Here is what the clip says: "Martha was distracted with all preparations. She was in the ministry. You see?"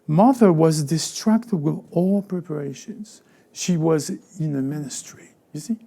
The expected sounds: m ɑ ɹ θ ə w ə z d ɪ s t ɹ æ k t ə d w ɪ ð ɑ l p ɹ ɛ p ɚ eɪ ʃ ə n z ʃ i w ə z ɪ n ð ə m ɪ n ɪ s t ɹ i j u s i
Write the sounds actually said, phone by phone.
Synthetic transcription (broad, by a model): m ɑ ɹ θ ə w ə z d ɪ s t ɹ æ k t ə d w ɪ ð ɑ l p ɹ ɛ p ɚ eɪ ʃ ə n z ʃ i w ə z ɪ n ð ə m ɪ n ɪ s t ɹ i j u s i